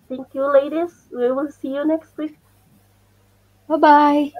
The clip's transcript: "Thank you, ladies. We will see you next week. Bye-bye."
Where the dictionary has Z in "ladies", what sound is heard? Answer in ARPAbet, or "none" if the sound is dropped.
S